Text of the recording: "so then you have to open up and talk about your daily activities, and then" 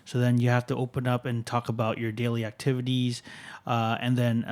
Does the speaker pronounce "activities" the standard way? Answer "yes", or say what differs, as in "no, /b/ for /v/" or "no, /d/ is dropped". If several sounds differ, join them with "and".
yes